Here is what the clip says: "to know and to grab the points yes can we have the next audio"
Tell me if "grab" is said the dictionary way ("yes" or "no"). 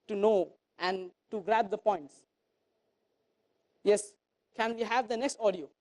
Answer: yes